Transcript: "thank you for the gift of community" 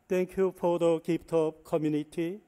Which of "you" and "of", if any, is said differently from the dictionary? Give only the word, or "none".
of